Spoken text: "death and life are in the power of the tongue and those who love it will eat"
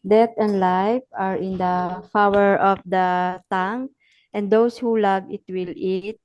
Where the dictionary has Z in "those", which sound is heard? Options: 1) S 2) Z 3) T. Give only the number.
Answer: 1